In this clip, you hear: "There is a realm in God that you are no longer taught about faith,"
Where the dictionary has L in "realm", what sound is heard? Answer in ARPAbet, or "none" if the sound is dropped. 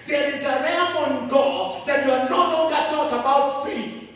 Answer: none